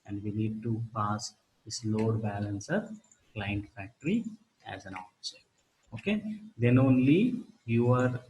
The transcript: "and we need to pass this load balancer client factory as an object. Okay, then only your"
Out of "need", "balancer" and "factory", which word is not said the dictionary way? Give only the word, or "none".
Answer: none